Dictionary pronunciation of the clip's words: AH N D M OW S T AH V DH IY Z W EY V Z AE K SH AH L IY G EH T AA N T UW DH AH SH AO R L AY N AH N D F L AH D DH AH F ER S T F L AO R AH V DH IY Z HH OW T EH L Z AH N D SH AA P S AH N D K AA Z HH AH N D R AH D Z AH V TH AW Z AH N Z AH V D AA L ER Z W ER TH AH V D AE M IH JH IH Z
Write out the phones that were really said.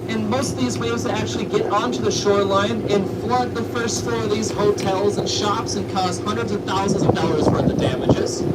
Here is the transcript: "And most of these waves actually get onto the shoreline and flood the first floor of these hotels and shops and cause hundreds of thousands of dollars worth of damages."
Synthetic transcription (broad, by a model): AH N M OW S T AH V DH IY Z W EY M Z AE K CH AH L IY G EH T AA N T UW DH AH SH AO R L AY N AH N F L AH D DH AH F ER S T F AO R AH V DH IY Z HH OW T EH L Z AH N SH AA P S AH N K AA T HH AH N D R AH D Z AH V TH AW Z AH N Z AH V D AA L ER Z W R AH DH D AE M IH JH IH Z